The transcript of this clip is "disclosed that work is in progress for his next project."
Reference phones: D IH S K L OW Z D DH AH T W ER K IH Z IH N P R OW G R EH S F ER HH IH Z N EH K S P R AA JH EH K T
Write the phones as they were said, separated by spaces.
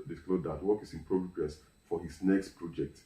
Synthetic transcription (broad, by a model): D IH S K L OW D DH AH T W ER K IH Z IH N P R OW G R EH S F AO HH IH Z N EH K S P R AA JH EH K T